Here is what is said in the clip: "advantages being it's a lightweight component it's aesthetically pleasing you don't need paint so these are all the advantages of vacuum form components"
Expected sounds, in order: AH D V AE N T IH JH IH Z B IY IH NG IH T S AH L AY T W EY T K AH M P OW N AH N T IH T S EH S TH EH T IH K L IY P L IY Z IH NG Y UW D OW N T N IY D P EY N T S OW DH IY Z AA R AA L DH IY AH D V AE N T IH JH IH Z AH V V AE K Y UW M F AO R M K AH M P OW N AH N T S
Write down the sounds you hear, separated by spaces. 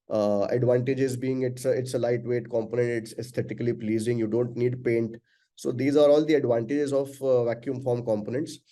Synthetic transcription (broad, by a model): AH D V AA N T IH JH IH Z B IY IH NG IH T S AH L AY T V EY T K AH M P OW N AH N T IH T S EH S T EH T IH K L IY P L IY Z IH NG Y UW D OW N T N IY D P EY N T S OW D IY Z AA R AA L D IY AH D V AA N T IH JH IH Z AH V V AE K Y UW M F AO R M K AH M P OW N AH N T S